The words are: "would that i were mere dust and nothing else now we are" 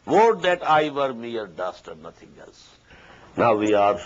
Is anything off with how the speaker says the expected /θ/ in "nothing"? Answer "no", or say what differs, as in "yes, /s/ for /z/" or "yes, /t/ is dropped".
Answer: yes, /t/ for /θ/